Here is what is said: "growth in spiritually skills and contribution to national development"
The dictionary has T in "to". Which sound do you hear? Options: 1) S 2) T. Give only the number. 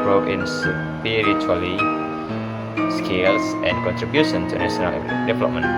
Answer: 1